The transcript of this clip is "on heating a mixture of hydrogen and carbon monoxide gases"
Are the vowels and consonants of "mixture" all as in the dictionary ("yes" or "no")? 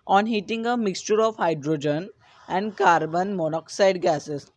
yes